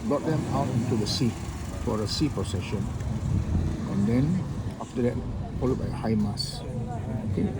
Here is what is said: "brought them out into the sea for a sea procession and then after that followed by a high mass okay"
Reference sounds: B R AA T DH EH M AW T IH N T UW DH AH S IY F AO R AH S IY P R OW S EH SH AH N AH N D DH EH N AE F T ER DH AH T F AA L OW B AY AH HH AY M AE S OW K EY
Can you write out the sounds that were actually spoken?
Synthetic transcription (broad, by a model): B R AA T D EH M AW T IH N T UW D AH S IY F AO R AH S IY P R OW S EH SH AH N AH N D EH N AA F T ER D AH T F AA L OW B AY AH HH AY M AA S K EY